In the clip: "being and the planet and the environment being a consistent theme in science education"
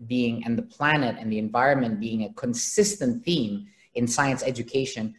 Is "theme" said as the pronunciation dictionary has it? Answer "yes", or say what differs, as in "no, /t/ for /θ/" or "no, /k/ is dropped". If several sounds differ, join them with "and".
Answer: yes